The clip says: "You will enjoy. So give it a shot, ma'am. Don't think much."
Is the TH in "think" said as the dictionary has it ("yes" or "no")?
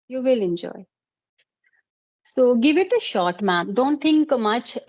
no